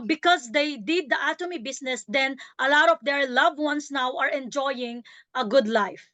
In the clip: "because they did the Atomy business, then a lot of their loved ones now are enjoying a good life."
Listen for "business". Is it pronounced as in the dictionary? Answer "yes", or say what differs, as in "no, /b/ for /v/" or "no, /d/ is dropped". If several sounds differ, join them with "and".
no, /s/ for /z/